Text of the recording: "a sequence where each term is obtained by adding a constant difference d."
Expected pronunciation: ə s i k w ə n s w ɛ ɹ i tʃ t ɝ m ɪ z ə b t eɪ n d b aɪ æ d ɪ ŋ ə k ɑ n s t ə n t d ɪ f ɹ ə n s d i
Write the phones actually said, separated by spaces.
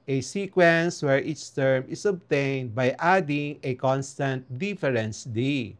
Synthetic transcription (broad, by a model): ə s i k w ə n s w ɛ ɹ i s t ɝ m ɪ s ə b t eɪ n d b aɪ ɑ d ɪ ŋ ə k ɑ n s t ə n t d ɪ f ɹ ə n s d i